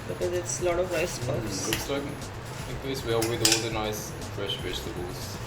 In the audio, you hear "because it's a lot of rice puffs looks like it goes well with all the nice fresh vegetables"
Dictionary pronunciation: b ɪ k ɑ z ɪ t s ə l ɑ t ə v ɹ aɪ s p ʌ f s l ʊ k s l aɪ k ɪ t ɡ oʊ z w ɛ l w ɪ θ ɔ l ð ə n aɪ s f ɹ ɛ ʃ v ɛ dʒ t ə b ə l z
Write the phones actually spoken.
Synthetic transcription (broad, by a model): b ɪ k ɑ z ɪ t s ə l ɑ t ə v ɹ aɪ s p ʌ s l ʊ s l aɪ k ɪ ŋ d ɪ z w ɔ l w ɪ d ɔ l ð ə n aɪ s f ɹ ɛ ʃ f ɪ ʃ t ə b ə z